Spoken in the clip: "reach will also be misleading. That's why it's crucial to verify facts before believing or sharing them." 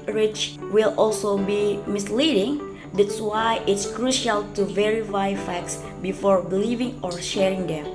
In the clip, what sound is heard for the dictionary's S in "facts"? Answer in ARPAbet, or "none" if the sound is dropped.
S